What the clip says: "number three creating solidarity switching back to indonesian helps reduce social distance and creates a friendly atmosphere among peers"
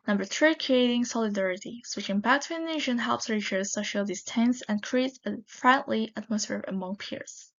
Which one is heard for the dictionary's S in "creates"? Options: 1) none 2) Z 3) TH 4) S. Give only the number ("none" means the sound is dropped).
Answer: 1